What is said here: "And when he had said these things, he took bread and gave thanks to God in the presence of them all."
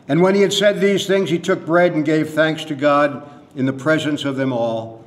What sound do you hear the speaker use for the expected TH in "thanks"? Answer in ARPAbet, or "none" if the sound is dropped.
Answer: TH